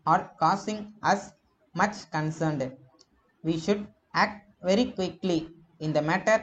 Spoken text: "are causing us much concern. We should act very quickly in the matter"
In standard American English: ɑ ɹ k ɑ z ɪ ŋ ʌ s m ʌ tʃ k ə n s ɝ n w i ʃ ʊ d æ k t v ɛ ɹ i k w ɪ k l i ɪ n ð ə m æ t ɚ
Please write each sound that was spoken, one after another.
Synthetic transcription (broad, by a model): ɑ ɹ k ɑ s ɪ ŋ ʌ s m ʌ tʃ k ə n s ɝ n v i ʃ ʊ d æ k t v ɛ ɹ i k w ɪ k l i ɪ n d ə m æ t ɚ